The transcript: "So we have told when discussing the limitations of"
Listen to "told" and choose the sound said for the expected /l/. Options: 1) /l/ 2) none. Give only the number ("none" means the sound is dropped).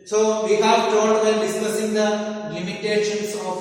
2